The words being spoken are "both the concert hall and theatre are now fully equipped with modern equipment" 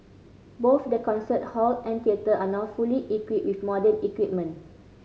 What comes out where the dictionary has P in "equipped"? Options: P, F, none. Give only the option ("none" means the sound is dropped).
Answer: none